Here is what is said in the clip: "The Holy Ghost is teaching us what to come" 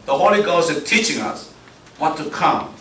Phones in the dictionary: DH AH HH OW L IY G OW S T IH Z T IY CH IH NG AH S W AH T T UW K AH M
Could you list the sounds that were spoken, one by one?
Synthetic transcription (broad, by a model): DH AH HH OW L IY G OW S T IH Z T IY CH IH NG AH S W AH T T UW K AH M